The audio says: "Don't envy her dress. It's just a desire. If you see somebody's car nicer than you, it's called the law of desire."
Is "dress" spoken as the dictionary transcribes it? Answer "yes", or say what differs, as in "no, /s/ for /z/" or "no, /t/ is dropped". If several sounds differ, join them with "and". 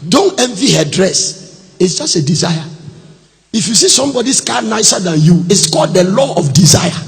yes